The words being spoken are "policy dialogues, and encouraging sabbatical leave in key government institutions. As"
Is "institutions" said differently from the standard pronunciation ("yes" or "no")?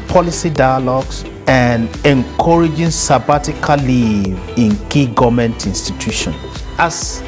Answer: yes